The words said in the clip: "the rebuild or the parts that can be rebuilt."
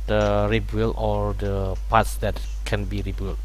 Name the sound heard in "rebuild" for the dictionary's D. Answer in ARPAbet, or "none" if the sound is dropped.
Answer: none